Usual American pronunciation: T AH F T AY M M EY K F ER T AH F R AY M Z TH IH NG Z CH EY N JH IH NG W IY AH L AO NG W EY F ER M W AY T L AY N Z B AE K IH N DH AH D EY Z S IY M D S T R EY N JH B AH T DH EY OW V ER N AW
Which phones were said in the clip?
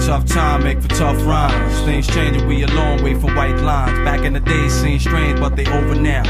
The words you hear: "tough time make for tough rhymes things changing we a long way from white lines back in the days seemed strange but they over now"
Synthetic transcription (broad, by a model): T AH F T AY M M EY K F ER T AH F R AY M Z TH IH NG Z CH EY N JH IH W IY AH L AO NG W EY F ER W AY T L AY N Z B AE K IH N DH AH D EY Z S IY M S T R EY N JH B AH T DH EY OW V ER N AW